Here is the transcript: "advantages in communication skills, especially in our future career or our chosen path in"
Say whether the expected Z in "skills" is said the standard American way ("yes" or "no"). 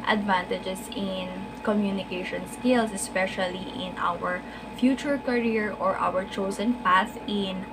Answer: no